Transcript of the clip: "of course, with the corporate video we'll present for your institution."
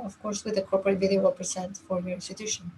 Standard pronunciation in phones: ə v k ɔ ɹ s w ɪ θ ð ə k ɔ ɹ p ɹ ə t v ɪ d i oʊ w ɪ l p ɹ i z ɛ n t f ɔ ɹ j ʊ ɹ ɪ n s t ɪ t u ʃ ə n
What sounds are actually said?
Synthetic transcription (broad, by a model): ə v k ɔ ɹ s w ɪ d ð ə k ɔ ɹ p ɹ ə t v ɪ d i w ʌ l p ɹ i s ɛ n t f ɔ ɹ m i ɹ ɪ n s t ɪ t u ʃ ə n